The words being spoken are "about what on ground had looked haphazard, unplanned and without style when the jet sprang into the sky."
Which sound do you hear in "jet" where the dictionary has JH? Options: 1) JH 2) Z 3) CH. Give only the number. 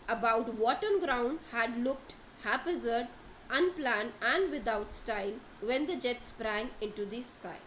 1